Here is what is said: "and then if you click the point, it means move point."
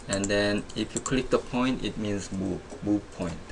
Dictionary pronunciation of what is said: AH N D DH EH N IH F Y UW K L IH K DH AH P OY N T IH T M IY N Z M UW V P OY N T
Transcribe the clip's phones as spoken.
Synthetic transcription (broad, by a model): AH N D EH N IH F Y UW K L IH K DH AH P OY N T IH T M IY N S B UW B P OY N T